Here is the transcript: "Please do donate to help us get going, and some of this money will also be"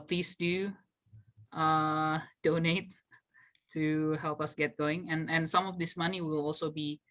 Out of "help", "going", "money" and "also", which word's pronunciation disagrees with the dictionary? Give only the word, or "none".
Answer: none